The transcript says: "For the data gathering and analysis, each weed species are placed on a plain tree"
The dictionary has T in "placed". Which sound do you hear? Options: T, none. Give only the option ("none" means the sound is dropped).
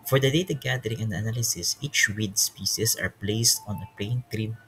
T